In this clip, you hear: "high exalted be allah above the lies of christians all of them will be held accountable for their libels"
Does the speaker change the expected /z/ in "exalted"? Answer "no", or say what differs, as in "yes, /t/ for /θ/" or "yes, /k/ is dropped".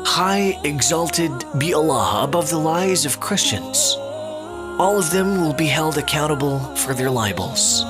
no